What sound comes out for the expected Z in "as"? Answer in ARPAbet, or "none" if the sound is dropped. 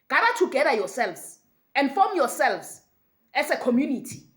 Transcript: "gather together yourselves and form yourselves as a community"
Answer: S